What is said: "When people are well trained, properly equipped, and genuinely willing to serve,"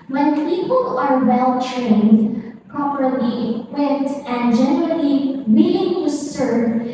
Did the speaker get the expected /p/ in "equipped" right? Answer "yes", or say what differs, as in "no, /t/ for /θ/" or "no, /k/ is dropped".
no, /p/ is dropped